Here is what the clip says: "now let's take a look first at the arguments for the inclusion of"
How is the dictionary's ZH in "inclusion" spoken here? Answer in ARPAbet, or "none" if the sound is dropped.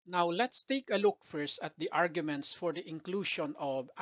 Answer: SH